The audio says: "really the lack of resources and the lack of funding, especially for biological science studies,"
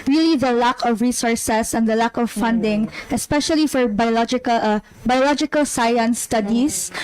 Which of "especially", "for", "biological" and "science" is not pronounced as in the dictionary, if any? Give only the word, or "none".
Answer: science